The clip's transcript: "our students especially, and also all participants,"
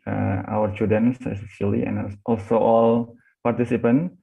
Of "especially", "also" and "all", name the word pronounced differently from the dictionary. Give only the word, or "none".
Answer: especially